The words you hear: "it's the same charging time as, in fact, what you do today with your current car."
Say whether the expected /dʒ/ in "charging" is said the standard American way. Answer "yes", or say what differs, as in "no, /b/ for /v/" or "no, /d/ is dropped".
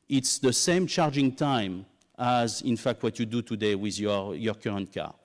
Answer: yes